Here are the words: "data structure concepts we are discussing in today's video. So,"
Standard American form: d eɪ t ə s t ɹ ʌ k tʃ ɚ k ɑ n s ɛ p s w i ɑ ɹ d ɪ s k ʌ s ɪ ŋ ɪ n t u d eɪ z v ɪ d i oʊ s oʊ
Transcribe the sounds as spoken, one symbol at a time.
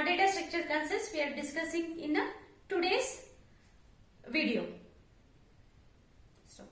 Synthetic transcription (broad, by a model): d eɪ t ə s t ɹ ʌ k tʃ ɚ k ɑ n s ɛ s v i ɑ ɹ d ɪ s k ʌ s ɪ ŋ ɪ n t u d eɪ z v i d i oʊ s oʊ